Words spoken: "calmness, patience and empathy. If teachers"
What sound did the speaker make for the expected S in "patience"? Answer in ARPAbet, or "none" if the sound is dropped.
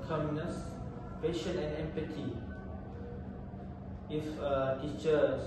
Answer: none